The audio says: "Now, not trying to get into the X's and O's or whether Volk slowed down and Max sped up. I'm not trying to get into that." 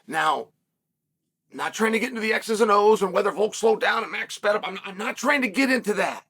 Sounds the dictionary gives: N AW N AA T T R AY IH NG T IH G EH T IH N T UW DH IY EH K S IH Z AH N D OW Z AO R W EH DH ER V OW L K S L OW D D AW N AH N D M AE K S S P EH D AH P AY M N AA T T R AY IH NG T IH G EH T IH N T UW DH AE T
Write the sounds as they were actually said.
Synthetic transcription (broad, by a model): N AW N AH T T R AY IH NG T IH G EH T IH N T UW DH IY EH K S IH Z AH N OW Z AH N W EH DH ER V OW L K S L OW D D AW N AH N M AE K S S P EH D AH P AY M N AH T T R AY IH NG T IH G EH T IH N T UW DH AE T